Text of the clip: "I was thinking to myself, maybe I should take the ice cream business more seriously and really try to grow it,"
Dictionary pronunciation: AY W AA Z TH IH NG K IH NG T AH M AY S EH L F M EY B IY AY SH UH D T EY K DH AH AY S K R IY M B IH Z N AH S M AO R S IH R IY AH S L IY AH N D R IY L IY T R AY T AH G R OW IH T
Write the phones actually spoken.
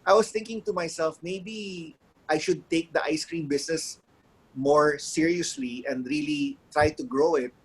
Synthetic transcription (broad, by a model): AY W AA S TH IH NG K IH NG T AH M AY S EH L F M EY B IY AY SH UH D T EY K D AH AY S K R IY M B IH S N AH S M AO R S IH R IY AH S L IY AH N D R IY L IY T R AY T AH G R OW IH T